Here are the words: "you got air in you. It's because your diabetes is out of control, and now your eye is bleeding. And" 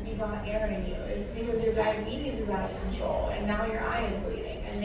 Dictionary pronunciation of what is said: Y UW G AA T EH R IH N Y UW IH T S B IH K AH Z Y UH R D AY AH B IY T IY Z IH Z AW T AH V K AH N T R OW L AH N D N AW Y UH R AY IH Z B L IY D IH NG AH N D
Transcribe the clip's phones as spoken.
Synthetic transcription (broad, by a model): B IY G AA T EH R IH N Y UW IH T S B IH K AH Z Y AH R D AY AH B IY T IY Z IH Z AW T AH V K N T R OW L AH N N AW Y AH R AY IH Z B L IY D IH NG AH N